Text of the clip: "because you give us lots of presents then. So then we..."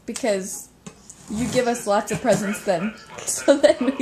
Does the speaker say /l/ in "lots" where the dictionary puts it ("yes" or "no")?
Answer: yes